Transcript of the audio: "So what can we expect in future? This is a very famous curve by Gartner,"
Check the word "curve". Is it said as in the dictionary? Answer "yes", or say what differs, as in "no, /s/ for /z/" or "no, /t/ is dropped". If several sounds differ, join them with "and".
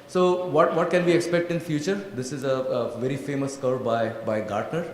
no, /b/ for /v/